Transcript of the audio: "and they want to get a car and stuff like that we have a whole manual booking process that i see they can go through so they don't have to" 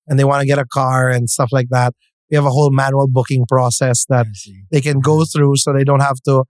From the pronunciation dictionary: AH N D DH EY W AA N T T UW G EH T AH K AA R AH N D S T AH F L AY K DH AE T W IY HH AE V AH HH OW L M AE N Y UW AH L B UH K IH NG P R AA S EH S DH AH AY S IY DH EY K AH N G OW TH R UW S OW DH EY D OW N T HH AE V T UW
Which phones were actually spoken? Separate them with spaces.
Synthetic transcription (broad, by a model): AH N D DH EY W AA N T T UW G EH T AH K AA R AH N S T AH F L AY K DH AE T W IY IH V AH HH OW L M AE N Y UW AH L B UH K IH NG P R AA S EH S DH AH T DH EY K AH N G OW TH R UW S OW DH EY D OW N T HH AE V T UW